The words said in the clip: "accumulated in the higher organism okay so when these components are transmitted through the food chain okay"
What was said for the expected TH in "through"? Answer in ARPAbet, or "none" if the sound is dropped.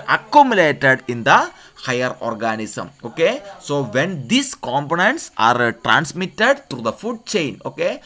T